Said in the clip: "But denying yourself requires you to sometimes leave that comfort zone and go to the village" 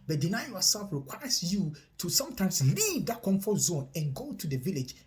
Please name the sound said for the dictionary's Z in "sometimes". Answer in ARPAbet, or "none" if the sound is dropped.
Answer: S